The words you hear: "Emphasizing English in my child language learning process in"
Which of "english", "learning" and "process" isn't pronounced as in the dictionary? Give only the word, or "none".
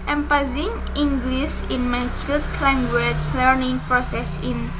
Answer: english